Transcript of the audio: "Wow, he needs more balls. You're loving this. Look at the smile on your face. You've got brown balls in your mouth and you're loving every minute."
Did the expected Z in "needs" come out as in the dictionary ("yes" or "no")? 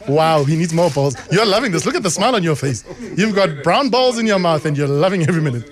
yes